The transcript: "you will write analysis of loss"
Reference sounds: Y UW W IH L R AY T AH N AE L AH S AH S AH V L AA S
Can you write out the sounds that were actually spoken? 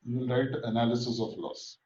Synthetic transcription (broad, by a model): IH N R AY T AH N AE L AH S AH S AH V L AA S